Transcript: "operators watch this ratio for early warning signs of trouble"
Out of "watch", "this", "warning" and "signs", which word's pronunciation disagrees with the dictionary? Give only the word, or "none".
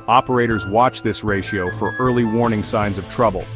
none